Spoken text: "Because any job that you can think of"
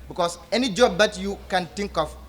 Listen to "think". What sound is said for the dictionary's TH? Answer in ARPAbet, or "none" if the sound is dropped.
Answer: T